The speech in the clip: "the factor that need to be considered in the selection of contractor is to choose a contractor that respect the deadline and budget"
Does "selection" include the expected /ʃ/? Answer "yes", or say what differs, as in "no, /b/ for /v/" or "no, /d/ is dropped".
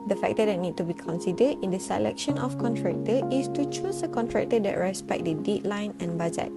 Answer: yes